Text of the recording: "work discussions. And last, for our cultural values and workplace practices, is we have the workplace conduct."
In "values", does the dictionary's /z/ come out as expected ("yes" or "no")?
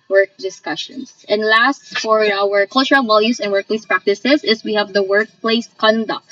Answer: no